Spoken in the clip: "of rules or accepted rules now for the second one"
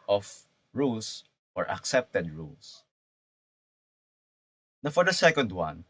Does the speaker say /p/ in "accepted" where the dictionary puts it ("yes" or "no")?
yes